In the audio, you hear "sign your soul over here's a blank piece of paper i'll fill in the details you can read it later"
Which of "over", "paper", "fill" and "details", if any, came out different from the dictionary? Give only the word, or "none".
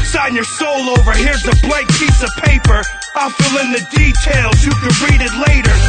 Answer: none